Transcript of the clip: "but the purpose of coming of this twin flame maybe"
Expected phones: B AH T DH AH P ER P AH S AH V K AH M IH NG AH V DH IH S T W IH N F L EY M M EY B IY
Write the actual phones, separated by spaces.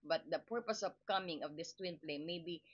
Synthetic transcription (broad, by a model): B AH T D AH P ER P AH S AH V K AH M IH NG AH V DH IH S T W IH N P L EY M M EY B IY